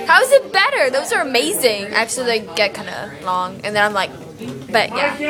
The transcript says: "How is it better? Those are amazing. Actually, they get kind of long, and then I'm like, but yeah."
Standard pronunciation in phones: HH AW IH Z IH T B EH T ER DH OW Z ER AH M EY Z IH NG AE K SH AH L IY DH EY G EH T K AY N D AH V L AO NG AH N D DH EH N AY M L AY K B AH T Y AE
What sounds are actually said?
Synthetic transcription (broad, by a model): HH AW IH Z IH T B EH T ER DH OW Z ER AH M EY Z IH NG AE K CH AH L IY DH EY G EH T K AY N D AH L AO NG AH N DH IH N AY M L AY K B AH T Y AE